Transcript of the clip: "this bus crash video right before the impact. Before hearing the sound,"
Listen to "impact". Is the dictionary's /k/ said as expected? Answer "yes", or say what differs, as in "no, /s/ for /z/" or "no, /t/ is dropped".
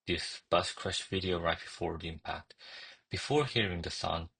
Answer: yes